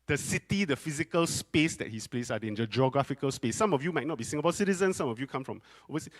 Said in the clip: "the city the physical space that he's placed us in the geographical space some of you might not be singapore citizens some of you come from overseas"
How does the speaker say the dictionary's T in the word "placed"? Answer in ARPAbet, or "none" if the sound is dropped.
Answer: none